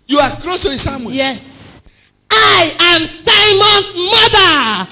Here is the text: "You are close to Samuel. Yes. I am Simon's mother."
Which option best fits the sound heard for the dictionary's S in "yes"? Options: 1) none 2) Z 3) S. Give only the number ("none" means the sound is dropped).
3